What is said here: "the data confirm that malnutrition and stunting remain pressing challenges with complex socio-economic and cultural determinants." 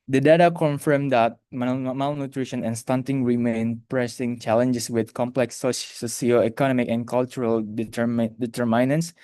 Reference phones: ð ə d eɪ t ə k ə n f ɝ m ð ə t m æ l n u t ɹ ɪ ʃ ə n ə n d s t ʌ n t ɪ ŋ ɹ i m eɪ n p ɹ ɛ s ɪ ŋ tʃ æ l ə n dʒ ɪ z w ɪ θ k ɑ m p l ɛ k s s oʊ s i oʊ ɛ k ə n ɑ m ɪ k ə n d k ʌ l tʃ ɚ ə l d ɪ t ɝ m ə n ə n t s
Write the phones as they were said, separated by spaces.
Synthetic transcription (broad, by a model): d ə d eɪ t ə k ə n f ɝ m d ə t m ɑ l n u t ɹ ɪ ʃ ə n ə n s t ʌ n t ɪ ŋ ɹ i m eɪ n p ɹ ɛ s ɪ ŋ tʃ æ l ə n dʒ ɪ s w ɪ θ k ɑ m p l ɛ k s s oʊ s i oʊ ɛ k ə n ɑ m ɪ k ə n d k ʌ l tʃ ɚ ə l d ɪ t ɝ m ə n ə n s